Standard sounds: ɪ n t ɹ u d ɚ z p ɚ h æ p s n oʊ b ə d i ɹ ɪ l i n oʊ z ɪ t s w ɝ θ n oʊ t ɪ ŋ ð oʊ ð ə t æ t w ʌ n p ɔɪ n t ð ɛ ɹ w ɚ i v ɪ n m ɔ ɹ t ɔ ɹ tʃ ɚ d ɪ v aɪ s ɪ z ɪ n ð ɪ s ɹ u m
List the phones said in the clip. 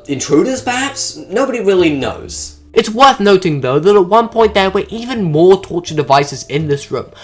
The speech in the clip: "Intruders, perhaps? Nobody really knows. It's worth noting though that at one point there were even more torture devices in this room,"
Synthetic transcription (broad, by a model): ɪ n t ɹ u d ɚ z p ɚ h æ p s n oʊ b ə d i ɹ ɪ l i n oʊ z ɪ t s w ɝ θ n oʊ t ɪ ŋ ð oʊ ð ə t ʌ t w ʌ n p ɔɪ n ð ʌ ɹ w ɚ i v ɪ n m ɔ ɹ t ɔ ɹ tʃ ɚ d ɪ v aɪ s ɪ z ɪ n ð ɪ s ɹ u m